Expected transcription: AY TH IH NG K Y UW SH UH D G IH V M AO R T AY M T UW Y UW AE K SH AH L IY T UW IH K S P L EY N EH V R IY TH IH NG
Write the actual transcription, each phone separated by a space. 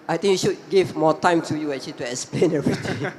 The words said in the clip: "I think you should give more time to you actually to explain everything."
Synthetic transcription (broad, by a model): AY T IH NG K Y UW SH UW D G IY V M AO T AY M T UW Y UW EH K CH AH L IY T UW IH K S P L EY N EH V R IY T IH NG